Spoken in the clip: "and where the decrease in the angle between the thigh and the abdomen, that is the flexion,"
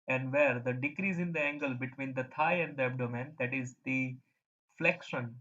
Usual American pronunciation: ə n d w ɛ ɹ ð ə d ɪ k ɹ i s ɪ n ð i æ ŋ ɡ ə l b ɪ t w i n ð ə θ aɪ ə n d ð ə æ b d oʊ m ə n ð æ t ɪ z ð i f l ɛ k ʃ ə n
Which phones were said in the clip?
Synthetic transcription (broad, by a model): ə n d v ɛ ɹ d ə d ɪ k ɹ i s ɪ n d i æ ŋ ɡ ə l b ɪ t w i n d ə t aɪ ə n d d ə æ b d oʊ m ə n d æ t ɪ z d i f l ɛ k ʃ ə n